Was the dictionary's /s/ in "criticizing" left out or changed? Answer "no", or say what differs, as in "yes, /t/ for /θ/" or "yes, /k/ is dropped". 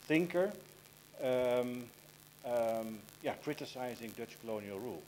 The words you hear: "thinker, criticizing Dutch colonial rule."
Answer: no